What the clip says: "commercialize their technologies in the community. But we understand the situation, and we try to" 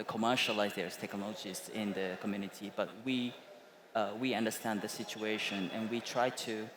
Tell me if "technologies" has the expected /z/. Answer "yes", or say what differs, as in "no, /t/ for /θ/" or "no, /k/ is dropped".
no, /s/ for /z/